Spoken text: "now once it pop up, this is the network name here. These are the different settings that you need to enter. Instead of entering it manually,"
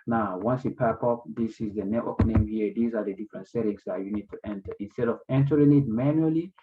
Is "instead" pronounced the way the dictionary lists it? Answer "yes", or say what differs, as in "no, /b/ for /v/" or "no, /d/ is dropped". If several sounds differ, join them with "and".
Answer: yes